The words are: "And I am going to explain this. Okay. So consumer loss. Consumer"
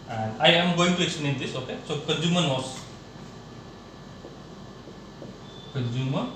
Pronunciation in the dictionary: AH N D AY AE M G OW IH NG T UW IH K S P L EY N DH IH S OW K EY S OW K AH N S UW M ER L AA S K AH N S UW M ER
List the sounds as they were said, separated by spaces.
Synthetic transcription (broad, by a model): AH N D AY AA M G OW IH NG T UW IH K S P N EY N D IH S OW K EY S OW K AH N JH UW M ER N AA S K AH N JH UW M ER